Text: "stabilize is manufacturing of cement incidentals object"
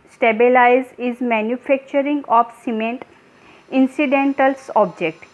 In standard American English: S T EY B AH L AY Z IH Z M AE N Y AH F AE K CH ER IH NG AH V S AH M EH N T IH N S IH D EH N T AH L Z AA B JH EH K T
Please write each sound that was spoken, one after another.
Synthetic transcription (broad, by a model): S T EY B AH L AY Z IH Z M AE N Y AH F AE K CH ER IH NG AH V S AH M EH N T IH N S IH D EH N T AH L S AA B JH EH K T